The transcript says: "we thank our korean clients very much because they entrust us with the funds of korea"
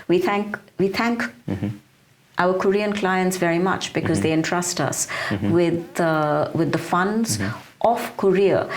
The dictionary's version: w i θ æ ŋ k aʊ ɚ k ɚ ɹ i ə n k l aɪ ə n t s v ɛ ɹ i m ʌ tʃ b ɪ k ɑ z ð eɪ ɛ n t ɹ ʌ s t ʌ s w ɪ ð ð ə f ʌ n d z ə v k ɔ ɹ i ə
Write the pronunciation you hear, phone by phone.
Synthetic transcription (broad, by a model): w i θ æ ŋ k aʊ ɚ k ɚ ɹ i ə n k l aɪ ə n t s v ɛ ɹ i m ʌ tʃ b ɪ k ɑ z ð eɪ ɛ n t ɹ ʌ s t ʌ s w ɪ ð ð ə f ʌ n d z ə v k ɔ ɹ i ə